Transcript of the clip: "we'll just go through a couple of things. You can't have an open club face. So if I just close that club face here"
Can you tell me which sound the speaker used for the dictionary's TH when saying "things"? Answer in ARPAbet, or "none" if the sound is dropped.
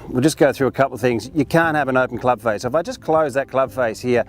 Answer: TH